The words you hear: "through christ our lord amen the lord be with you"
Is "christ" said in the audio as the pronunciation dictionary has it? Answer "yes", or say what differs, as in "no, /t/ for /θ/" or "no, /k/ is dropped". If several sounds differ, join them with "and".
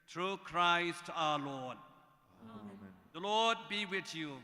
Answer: yes